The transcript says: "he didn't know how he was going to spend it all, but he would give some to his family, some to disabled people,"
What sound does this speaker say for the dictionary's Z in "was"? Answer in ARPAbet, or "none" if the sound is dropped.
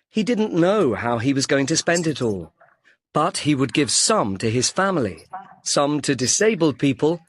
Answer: Z